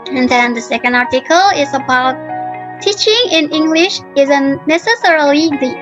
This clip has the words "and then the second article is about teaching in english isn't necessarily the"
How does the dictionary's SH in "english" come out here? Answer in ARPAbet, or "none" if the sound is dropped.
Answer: SH